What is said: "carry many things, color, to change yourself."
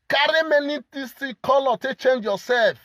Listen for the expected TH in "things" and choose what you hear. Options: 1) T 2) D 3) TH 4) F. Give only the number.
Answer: 1